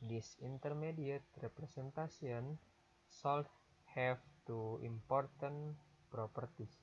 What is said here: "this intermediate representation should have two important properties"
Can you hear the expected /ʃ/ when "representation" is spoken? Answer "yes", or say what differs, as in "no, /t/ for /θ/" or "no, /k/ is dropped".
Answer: no, /s/ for /ʃ/